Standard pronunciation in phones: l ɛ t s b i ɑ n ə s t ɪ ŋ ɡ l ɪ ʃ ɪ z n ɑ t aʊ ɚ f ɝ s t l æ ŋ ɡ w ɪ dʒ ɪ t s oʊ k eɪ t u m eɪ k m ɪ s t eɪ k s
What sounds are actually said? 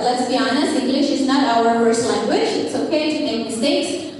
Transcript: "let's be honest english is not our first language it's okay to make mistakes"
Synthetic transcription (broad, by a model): l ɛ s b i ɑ n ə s ɪ ŋ ɡ l ɪ ʃ ɪ z n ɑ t aʊ ɚ p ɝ s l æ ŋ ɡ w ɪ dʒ ɪ t s oʊ k eɪ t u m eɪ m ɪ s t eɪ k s